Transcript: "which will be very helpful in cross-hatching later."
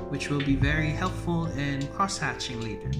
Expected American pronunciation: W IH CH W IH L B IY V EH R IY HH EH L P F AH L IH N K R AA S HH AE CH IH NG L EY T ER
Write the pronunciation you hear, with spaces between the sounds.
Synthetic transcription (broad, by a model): W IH CH W IH L B IY V EH R IY HH EH L P F AH L IH N K R AA S HH AE CH IH NG L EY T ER